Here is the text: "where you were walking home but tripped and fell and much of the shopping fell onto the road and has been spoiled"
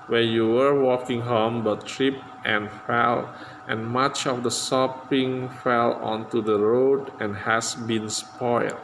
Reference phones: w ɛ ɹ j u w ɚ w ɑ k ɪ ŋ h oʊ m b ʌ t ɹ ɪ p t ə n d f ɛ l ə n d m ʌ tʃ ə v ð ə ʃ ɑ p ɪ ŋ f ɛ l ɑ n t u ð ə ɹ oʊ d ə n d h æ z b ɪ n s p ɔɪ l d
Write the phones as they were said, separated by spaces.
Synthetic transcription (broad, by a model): w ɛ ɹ j u w ɚ w ɑ k ɪ ŋ h oʊ m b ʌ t ɹ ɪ p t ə n f ɛ l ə n m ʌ tʃ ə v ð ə s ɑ p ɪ ŋ f ɛ l ɑ n t u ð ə ɹ oʊ d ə n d h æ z b ɪ n s p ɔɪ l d